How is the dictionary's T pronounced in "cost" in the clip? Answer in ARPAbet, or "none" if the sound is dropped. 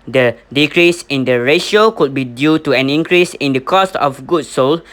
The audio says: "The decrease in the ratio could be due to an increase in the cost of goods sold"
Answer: T